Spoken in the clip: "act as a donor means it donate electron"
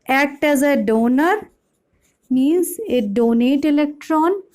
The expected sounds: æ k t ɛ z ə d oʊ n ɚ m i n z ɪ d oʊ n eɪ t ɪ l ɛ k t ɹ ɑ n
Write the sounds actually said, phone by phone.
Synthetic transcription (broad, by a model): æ k t ɛ z ə d oʊ n ɚ m i n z ɪ d oʊ n eɪ t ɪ l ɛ k t ɹ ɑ n